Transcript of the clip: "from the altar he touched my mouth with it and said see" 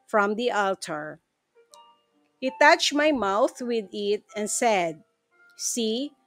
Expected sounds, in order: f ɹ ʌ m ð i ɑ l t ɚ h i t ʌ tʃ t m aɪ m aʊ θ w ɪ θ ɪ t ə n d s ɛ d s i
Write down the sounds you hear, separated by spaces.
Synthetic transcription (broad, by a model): f ɹ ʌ m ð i ɑ l t ɚ h i t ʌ tʃ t m aɪ m aʊ θ w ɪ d ɪ t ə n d s ɛ d s i